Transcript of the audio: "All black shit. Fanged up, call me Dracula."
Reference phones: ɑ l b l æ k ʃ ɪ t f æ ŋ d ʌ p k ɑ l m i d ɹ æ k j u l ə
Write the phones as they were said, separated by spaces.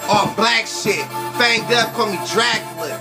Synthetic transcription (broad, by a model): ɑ b l æ k s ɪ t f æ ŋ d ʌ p k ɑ m i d ɹ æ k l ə